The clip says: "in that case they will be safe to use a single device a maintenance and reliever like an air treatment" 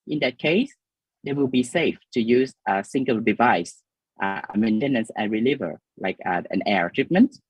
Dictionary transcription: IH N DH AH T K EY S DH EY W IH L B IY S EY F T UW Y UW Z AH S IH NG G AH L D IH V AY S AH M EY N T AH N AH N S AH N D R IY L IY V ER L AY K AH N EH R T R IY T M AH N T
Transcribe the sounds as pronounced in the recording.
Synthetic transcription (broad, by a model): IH N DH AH T K EY S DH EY W IH L B IY S EY F T UW Y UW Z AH S IH NG G AH L D IH V AY S AH M EY N T AH N AH N S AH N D R IY L IY V ER L AY K AH N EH R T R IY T M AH N T